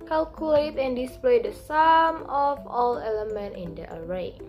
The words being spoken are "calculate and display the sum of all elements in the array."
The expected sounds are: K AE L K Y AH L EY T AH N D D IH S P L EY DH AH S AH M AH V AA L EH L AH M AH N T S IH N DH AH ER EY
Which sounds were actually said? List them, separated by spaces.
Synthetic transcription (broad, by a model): K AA L K Y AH L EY T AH N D D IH S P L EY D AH S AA M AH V AA L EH L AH M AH N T IH N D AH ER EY